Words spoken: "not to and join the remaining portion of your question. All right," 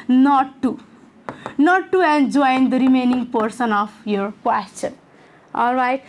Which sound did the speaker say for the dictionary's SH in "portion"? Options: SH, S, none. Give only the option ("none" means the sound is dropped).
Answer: S